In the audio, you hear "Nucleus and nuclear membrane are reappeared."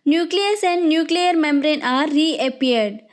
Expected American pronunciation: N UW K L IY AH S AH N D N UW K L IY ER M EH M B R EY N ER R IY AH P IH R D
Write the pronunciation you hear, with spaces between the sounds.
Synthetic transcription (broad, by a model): N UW K L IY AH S AH N D N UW K L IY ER M EH M B R EY N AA R IY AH P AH R D